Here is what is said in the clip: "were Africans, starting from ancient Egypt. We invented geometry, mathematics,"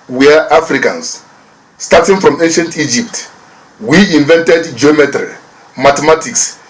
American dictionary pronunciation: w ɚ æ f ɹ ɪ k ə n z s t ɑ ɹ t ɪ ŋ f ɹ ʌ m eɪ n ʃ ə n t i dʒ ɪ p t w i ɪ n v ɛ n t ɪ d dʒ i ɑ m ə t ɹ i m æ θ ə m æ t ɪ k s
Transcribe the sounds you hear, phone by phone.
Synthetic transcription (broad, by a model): w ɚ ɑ f ɹ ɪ k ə n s s t ɑ t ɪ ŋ f ɹ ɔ m eɪ n ʃ ə n t i dʒ ɪ p t w i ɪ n v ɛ n t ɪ d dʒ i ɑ m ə t ɹ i m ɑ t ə m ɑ t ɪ k s